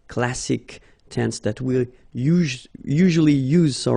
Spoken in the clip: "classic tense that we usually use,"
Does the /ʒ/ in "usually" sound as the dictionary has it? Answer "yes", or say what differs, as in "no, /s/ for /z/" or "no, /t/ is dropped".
yes